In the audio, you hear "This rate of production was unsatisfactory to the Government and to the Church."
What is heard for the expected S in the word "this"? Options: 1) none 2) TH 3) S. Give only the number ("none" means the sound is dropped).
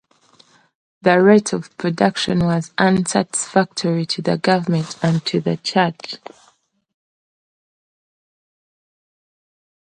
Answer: 1